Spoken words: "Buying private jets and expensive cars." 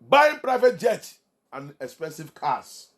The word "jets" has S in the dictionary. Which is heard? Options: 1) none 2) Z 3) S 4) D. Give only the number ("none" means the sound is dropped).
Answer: 1